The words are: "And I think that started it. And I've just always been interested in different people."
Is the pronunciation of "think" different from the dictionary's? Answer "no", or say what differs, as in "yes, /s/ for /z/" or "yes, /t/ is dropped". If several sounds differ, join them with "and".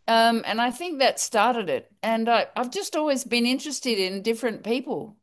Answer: no